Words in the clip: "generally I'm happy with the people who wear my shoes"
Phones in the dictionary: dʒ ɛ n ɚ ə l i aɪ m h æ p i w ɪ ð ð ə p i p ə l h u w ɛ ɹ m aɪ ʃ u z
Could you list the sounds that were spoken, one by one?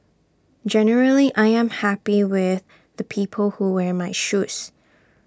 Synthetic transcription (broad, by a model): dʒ ɛ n ɚ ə l i aɪ m h æ p i w ɪ ð ð ə p i p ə l h u w ɛ ɹ m aɪ ʃ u s